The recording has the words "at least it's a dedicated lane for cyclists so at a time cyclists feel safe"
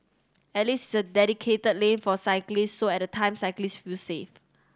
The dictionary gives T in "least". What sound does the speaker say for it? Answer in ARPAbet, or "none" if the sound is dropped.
none